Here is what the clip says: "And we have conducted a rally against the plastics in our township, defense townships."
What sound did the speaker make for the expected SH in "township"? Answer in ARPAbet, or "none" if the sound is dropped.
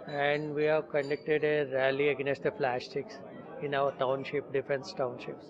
SH